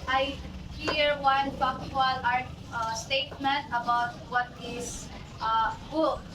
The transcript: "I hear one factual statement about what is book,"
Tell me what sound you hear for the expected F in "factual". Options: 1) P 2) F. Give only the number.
1